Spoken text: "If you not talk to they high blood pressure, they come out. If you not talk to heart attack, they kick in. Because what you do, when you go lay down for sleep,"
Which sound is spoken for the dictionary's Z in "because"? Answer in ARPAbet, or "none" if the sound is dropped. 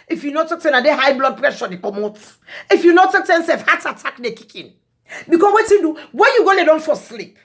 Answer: none